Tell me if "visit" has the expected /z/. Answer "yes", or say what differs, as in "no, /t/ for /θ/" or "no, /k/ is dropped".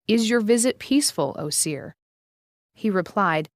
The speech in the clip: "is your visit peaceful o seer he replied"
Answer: yes